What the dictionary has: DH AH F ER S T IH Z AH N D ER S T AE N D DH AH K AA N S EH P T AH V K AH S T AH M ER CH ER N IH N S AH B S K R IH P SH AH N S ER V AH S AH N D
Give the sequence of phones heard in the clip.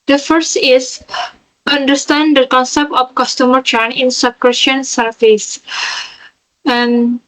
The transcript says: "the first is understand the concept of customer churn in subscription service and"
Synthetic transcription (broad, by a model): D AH F ER S T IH S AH N D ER S T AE N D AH K AA N S EH P T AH F K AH S T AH M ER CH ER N IH N S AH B K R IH SH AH N S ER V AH S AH N